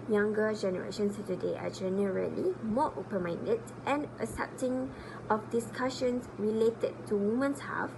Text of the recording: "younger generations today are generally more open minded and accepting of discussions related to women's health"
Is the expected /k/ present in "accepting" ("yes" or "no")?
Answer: no